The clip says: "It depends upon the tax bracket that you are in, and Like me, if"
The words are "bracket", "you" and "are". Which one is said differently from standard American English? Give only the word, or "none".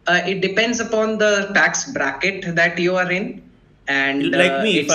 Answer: none